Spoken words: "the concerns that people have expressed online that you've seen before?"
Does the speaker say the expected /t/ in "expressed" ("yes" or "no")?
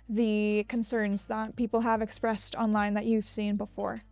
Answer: yes